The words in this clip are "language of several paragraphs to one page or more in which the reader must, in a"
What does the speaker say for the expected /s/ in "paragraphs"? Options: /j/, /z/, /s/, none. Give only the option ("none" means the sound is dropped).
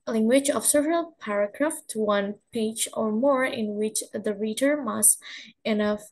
none